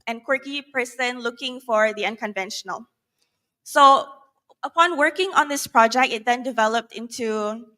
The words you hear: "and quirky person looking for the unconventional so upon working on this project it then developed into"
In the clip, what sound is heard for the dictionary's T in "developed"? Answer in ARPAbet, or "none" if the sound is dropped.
T